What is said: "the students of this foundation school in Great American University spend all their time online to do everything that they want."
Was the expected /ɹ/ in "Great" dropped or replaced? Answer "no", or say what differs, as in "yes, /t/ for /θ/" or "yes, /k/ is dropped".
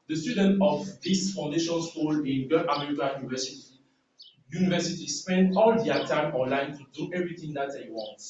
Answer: yes, /ɹ/ is dropped